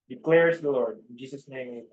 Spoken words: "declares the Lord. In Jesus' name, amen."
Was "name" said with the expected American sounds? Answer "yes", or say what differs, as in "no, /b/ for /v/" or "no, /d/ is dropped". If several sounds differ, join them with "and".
no, /m/ is dropped